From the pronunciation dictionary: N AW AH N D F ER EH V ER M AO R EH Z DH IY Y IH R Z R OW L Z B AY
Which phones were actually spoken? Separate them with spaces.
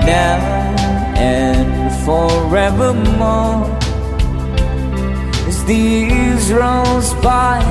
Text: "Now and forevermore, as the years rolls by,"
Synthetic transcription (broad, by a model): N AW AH N F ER EH V ER M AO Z DH IY Z R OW Z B AY